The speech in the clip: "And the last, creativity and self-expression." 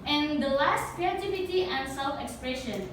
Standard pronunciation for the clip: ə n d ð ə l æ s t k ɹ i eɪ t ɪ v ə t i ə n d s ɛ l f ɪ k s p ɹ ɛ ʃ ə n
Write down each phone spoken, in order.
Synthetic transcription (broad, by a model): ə n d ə l æ s t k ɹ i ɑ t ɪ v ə t i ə n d s ɛ l f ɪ k s p ɹ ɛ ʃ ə n